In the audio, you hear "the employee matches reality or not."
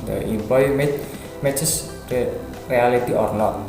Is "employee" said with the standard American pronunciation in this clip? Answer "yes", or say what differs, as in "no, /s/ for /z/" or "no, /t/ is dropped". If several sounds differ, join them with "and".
no, /l/ is dropped